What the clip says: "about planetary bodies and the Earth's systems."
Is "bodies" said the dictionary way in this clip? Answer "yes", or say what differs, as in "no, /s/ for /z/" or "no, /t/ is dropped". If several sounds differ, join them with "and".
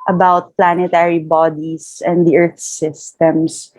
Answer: no, /s/ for /z/